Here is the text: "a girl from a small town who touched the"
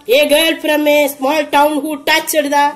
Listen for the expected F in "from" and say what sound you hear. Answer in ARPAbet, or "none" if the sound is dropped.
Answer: P